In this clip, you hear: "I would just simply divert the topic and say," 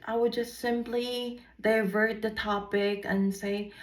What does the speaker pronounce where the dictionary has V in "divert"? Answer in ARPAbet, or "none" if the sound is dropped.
V